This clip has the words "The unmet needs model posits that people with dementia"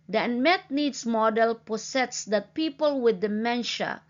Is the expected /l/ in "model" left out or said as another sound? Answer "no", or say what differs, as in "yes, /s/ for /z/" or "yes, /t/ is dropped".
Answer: no